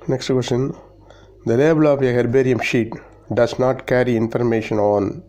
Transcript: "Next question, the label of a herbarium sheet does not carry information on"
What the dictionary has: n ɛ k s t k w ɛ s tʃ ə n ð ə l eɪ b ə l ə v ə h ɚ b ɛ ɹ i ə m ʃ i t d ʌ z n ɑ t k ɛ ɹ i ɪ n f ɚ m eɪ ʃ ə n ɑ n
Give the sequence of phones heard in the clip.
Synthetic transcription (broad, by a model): n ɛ k s t k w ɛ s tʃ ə n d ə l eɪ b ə l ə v ə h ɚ b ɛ ɹ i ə m ʃ i t d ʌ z n ɑ t k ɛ ɹ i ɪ n f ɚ m eɪ ʃ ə n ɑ n